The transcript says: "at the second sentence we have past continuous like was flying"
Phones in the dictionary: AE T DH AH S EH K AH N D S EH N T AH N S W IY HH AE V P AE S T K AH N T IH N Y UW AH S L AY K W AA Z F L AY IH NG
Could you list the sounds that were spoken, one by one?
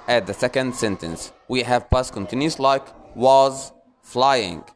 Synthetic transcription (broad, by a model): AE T DH AH S EH K AH N D S EH N T AH N S W IY HH AE V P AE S K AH N T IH N Y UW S L AY K W AA Z F L AY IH NG